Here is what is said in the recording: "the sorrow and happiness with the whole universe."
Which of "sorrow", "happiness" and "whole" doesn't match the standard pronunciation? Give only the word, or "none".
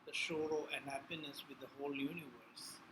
sorrow